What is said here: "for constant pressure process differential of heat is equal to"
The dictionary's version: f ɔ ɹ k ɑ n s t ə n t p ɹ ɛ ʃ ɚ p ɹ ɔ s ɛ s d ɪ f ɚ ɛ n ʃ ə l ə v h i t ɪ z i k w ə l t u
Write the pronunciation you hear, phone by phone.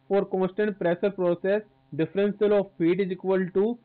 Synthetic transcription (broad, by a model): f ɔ ɹ k ɑ n s t ə n t p ɹ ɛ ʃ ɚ p ɹ ɔ s ɛ s d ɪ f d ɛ n s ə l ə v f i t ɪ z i k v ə l t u